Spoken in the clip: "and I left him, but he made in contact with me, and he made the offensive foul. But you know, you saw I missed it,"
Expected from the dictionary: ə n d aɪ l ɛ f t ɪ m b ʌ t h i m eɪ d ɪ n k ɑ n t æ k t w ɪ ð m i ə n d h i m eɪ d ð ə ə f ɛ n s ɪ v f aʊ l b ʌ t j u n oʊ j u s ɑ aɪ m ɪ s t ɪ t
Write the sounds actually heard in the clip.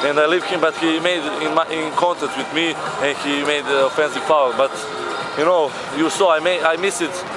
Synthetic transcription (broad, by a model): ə n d aɪ l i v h ɪ m b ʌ t h i m eɪ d ɪ n k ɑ n t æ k t w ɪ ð m i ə n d h i m eɪ d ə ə f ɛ n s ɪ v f aʊ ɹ b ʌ t j u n oʊ j u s ɑ aɪ m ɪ s ɪ t